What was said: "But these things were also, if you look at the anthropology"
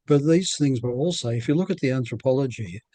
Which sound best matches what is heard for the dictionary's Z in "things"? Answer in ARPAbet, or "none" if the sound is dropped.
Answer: Z